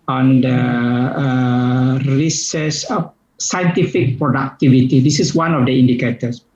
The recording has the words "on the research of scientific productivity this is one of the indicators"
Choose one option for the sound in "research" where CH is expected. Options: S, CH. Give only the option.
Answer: S